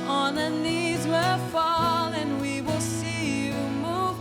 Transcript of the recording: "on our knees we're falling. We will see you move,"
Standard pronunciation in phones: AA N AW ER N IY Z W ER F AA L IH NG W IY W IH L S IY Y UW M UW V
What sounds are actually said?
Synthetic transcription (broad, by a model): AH N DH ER N IY Z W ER F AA L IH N W IY W IH L S IY Y UW M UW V